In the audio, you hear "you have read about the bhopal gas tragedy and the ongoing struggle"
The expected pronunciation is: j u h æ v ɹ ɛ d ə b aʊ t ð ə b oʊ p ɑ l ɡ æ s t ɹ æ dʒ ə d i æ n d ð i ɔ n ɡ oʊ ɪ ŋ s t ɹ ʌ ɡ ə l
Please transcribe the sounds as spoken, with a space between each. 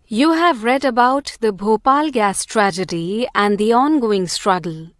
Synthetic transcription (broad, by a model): j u h æ v ɹ ɛ d ə b aʊ t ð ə b oʊ p ɑ l ɡ æ s t ɹ æ dʒ ə d i æ n d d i ɔ n ɡ oʊ ɪ ŋ s t ɹ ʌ ɡ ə l